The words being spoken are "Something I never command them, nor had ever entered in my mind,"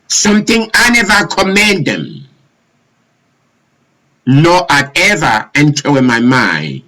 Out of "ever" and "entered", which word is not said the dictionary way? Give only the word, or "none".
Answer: entered